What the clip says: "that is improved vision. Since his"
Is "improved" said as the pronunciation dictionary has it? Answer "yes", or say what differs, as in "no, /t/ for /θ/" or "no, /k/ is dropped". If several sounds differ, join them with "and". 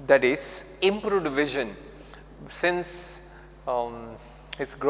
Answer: no, /v/ is dropped